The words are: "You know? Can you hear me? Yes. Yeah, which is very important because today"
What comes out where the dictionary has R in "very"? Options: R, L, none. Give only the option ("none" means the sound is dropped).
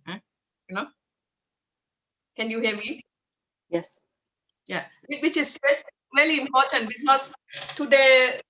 L